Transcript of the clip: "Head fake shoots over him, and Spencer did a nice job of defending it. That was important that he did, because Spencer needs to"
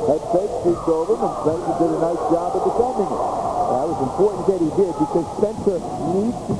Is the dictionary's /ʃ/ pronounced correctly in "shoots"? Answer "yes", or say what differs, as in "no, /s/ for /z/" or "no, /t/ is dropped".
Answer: no, /s/ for /ʃ/